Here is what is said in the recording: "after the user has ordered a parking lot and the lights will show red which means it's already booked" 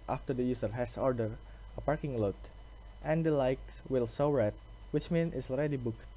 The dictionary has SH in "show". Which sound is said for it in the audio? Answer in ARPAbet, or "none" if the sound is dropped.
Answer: S